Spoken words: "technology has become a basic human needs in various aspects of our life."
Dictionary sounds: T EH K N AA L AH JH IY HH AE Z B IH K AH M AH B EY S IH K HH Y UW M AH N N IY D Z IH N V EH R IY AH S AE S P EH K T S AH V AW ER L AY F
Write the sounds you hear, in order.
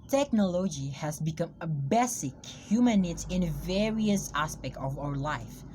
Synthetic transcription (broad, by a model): T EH K N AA L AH JH IY HH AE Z B IH K AH M AH B EY S IH K HH Y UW M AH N N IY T IH N V EH R IY AH S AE S P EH K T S AH V AW ER L AY F